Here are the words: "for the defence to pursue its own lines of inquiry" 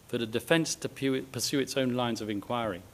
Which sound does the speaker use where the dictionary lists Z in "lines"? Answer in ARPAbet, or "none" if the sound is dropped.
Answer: Z